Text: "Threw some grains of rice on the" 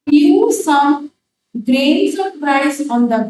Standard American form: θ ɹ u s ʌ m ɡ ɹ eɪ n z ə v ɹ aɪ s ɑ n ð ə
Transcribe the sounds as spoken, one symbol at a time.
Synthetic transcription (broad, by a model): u s ʌ m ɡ ɹ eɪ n s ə p ɹ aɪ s ɑ n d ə